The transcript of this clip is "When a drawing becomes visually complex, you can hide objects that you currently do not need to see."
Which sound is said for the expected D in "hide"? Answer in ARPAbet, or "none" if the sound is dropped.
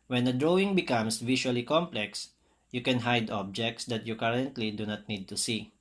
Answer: D